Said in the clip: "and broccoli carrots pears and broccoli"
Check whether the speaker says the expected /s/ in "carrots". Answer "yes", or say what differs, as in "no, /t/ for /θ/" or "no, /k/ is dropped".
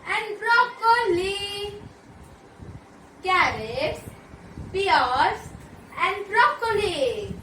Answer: no, /s/ is dropped